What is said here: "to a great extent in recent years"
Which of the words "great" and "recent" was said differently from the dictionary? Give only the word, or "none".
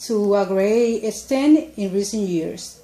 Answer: great